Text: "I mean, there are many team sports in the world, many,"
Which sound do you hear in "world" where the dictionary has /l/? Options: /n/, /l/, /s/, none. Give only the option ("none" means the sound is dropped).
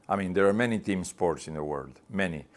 /l/